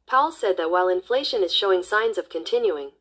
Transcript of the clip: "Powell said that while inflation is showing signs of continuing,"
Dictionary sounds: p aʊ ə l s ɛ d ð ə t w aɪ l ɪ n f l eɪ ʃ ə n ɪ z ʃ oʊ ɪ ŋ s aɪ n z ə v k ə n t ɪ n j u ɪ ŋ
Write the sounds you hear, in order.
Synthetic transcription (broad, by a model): p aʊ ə l s ɛ d ð ə t w aɪ l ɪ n f l eɪ ʃ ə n ɪ z ʃ oʊ ɪ ŋ s aɪ n z ə v k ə n t ɪ n j u ɪ ŋ